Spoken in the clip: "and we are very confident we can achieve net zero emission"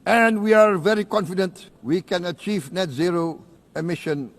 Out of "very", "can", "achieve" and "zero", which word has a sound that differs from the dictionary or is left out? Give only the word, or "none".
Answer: none